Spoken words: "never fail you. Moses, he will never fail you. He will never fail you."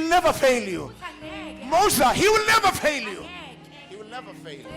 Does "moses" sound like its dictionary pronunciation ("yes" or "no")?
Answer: no